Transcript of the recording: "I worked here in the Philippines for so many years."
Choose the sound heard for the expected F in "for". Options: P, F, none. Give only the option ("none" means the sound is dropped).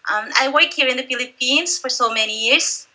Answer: F